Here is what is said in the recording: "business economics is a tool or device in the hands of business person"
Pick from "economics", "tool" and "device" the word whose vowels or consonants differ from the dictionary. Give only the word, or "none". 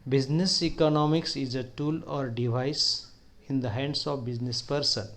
none